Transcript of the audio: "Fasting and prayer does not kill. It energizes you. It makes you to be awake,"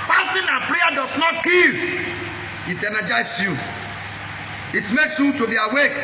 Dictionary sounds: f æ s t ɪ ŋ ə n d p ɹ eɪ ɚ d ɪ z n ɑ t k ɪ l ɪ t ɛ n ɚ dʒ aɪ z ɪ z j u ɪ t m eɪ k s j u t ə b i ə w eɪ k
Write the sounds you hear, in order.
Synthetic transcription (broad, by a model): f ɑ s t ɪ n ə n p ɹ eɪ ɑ d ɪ s n ɑ t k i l ɪ t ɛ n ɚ dʒ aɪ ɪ s j u ɪ t m eɪ k s j u t ə b i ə w eɪ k